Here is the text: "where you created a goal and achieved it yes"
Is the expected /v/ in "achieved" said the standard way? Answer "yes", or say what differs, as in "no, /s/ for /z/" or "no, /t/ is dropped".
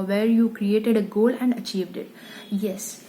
yes